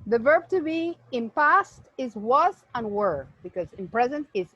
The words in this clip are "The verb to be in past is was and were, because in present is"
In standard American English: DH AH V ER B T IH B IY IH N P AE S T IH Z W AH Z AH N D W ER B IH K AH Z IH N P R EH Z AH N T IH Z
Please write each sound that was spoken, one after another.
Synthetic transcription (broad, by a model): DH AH V ER B T IH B IY IH N P AE S T IH Z W AH Z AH N W ER B IH K AH Z IH N P R EH Z AH N T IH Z